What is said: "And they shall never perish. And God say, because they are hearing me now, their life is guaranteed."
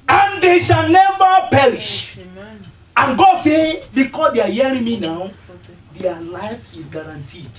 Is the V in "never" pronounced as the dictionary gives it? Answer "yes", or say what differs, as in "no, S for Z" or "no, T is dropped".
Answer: no, B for V